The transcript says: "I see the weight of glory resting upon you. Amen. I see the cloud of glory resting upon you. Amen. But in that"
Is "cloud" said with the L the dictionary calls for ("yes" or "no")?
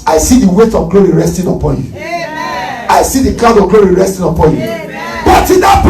no